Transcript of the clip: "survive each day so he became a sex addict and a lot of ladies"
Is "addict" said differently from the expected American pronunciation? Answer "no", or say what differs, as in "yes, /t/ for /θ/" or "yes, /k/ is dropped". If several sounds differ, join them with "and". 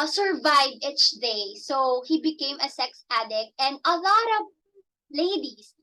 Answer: no